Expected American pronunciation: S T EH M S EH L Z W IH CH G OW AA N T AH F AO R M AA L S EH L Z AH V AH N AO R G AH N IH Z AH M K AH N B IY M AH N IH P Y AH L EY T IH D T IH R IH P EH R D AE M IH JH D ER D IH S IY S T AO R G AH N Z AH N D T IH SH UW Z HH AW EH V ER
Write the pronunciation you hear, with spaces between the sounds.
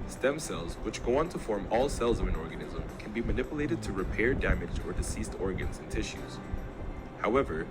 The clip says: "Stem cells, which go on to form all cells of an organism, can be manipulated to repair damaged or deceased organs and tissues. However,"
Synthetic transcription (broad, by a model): S T EH M S EH L Z W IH CH G OW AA N T AH F AO R M AA L S EH L Z AH V AH N AO R G AH N IH Z AH M K AH N B IY M AH N IH P Y AH L EY T IH D T IH R IH P EH R D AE M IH JH ER D IH S IY S T AO R G AH N Z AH N T IH SH UW Z HH AW EH V ER